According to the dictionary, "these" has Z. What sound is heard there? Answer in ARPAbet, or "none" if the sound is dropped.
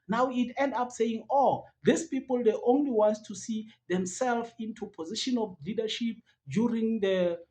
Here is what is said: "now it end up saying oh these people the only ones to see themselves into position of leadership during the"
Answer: S